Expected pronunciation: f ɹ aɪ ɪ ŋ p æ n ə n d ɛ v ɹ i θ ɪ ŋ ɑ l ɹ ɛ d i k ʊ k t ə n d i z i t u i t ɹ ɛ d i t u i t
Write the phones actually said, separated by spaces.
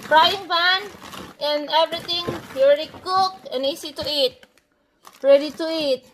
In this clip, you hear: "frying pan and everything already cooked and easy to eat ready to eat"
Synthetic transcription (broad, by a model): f ɹ aɪ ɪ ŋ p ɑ n ə n d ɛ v ɹ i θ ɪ ŋ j ɹ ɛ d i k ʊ k ə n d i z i t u i t ɹ ɛ d i t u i t